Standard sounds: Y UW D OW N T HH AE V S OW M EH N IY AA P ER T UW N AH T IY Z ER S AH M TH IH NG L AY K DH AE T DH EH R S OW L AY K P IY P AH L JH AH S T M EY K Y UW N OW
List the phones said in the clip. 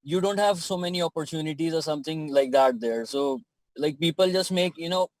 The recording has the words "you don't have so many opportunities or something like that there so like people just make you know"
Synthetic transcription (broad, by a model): Y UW D OW N T HH AE V S OW M EH N IY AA P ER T UW N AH T IY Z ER S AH M T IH NG L AY K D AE T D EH R S OW L AY K P IY P AH L JH AH S T M EY K Y UW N OW